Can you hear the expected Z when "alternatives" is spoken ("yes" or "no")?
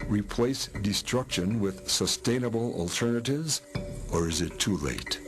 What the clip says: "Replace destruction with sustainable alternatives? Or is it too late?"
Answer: yes